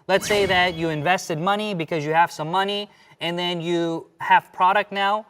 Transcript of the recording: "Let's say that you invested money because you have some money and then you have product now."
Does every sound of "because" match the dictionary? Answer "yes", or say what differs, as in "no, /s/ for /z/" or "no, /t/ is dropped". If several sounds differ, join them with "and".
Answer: yes